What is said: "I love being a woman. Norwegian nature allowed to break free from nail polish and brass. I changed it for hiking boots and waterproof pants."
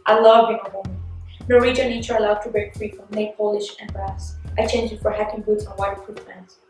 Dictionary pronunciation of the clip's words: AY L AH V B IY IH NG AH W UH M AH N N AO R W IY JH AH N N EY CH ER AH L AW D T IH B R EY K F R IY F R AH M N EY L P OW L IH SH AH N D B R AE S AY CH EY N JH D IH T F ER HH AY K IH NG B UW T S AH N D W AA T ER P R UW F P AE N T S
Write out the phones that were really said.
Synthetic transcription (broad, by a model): AY L AH V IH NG AH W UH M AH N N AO R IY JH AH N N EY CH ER AH L AW D T IH B R EY K F R IY F R AH M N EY P OW L IH SH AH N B R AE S AY CH EY N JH IH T F ER HH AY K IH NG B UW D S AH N W AA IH F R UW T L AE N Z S